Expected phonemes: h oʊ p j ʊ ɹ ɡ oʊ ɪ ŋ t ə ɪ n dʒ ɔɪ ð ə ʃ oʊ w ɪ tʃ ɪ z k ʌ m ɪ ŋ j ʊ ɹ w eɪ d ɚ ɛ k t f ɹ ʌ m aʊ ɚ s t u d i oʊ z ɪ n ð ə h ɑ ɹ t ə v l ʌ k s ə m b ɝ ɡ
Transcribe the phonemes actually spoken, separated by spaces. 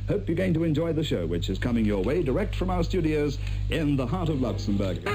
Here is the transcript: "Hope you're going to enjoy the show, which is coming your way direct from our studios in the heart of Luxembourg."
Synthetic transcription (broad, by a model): h oʊ p j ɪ ɡ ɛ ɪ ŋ t ə ɪ n dʒ ɔɪ ð ə ʃ oʊ w ɪ tʃ ɪ z k ʌ m ɪ ŋ j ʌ ɹ w eɪ d ɚ ɛ k t f ɹ ʌ m aʊ ɚ s t u d i oʊ z ɪ n ð ə h ɑ ɹ t ə v l ʌ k s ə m b ɝ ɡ